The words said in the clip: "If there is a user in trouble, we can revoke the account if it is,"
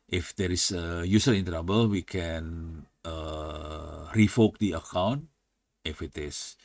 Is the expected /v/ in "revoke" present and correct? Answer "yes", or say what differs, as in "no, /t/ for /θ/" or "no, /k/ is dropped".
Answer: no, /f/ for /v/